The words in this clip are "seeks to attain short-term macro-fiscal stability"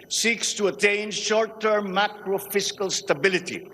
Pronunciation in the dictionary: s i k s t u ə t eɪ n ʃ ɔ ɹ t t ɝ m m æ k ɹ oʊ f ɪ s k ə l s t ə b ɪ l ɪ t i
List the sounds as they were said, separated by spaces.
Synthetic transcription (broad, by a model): s i k s t u ə t eɪ n ʃ ɔ ɹ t t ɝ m m æ k ɹ oʊ f ɪ s k ə l s t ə b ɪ l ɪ t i